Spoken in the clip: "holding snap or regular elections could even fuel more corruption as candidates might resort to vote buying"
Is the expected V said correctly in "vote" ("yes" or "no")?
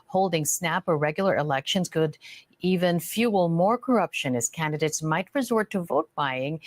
yes